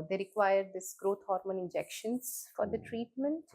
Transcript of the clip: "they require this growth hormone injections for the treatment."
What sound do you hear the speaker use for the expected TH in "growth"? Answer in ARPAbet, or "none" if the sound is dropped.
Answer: T